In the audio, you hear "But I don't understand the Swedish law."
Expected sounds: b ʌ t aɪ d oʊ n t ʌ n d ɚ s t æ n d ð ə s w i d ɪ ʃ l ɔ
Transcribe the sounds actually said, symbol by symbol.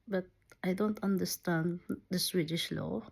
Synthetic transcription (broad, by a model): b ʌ t aɪ d oʊ n t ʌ n d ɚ s t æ n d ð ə s w i d ɪ ʃ l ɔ